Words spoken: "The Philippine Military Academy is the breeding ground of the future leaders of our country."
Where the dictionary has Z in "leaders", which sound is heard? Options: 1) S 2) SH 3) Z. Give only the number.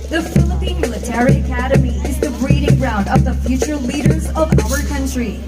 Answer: 3